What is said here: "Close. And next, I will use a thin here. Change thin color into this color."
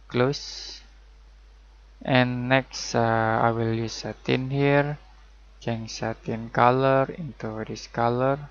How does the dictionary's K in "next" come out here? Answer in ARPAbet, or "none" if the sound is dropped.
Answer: K